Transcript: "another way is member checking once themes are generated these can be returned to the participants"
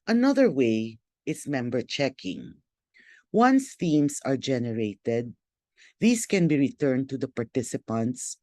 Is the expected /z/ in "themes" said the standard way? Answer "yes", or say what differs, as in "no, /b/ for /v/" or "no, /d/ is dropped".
no, /s/ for /z/